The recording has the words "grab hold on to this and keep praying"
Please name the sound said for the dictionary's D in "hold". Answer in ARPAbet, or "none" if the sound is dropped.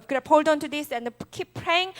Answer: D